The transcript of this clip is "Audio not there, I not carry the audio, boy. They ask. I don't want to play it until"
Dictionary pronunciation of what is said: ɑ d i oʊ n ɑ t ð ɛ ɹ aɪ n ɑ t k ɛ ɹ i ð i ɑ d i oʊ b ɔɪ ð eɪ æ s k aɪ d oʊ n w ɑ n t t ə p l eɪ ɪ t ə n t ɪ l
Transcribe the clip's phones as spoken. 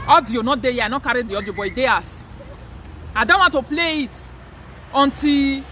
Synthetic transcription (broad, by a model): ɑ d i oʊ n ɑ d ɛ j aɪ n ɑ k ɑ ɹ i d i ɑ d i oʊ b ɔɪ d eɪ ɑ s aɪ d oʊ n w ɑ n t t ə p l eɪ ɪ t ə n t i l